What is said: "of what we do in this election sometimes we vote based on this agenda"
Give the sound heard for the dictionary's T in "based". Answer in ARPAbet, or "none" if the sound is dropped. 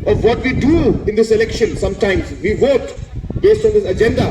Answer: T